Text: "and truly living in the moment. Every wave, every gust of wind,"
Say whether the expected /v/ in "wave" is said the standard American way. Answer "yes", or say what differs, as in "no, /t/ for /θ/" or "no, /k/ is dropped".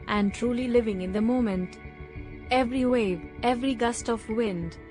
yes